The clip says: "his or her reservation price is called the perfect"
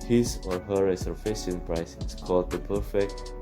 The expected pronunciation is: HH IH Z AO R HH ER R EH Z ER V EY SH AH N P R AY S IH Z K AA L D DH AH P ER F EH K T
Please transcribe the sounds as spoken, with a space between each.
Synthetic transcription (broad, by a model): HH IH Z AO R HH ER R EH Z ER F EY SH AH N P R AY S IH S K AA L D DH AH P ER F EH K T